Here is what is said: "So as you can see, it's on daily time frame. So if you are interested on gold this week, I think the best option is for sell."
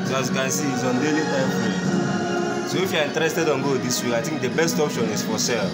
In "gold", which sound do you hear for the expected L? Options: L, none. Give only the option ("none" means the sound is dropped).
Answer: none